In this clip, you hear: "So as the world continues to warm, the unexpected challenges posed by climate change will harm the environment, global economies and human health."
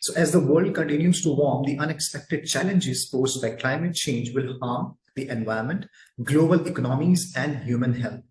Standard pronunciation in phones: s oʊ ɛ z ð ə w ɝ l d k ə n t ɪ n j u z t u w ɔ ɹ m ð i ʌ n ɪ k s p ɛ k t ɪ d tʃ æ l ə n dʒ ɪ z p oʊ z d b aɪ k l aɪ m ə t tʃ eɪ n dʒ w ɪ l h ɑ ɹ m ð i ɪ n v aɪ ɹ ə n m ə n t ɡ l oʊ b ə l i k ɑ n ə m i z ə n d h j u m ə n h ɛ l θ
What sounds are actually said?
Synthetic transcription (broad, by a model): s oʊ ɛ z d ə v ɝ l d k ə n t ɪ n j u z t u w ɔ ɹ m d i ʌ n ɪ k s p ɛ k t ɪ d tʃ æ l ə n dʒ ɪ z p oʊ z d b aɪ k l aɪ m ə t tʃ eɪ n dʒ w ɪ l h ɑ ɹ m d i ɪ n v aɪ ə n m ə n t ɡ l oʊ b ə l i k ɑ n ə m i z ə n d h j u m ə n h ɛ l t